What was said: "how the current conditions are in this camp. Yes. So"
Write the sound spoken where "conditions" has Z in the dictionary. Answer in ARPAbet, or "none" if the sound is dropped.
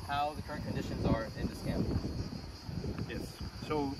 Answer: Z